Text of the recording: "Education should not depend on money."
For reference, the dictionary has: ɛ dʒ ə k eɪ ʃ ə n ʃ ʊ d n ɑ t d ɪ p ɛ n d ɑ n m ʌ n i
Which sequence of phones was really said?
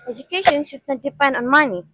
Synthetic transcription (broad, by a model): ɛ dʒ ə k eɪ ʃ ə n s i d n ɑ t d ɪ p ɛ n d ɑ n m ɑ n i